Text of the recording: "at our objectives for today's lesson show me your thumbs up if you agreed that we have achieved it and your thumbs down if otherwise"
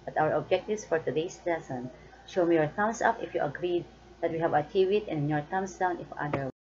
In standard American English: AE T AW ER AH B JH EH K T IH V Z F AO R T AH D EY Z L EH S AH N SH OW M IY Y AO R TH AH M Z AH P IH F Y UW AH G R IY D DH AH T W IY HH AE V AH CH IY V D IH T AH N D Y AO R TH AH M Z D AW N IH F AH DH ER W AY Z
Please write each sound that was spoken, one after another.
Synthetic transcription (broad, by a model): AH T AW ER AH B JH EH K T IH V S F AO R T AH D EY S L EH S AH N SH OW M IY Y AO R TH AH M S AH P IH F Y UW AH G R IY D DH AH T W IY HH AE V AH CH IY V IH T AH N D Y AO R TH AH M S D AW N IH F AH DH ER